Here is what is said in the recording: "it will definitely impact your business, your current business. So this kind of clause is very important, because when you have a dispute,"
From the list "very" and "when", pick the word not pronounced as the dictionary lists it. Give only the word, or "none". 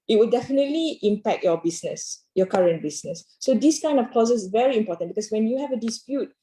none